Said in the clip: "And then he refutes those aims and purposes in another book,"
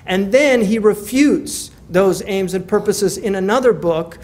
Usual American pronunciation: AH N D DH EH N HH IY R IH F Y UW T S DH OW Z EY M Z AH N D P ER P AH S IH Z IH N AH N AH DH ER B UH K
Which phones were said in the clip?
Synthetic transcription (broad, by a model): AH N DH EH N IY R IH F Y UW T S DH OW Z EY M Z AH N P ER P AH S IH Z IH N AH N AH DH ER B UH K